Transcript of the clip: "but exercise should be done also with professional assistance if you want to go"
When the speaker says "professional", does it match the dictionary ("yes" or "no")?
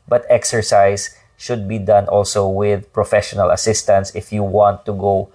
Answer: yes